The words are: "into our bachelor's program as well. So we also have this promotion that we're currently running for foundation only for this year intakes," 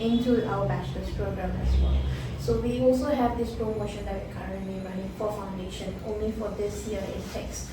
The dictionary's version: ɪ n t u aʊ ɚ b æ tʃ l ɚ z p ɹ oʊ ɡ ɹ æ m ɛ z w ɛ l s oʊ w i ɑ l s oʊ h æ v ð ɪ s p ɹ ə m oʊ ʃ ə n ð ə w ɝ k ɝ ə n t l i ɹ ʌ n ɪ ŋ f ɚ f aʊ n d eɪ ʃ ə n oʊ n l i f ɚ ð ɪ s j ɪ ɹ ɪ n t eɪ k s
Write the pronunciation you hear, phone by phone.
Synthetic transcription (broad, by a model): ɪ n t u aʊ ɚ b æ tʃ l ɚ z p ɹ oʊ ɡ ɹ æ m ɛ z w ɛ l s oʊ w i ɑ l s oʊ h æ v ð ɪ s p ɹ ə m oʊ ʃ ə n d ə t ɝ k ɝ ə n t l i ɹ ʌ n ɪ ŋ f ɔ f aʊ n d eɪ ʃ ə n oʊ n l i f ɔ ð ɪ s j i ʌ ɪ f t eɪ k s